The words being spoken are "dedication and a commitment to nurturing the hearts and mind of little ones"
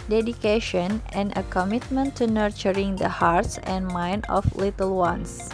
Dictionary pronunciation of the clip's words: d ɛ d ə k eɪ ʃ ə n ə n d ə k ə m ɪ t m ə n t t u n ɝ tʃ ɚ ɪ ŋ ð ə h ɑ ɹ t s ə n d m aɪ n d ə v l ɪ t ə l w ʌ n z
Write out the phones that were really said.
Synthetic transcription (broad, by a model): d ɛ d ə k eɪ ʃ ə n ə n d ə k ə m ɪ t m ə n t t u n ɝ tʃ ɚ ɪ ŋ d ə h ɑ ɹ t s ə n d m aɪ n d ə f l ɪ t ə l w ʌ n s